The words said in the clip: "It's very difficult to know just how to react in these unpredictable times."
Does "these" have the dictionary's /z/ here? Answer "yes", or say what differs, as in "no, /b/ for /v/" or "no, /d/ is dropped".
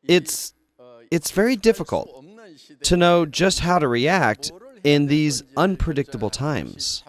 yes